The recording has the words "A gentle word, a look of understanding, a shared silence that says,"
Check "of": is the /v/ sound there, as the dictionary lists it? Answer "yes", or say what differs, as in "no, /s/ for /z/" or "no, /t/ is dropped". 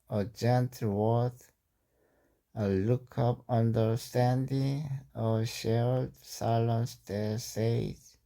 no, /p/ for /v/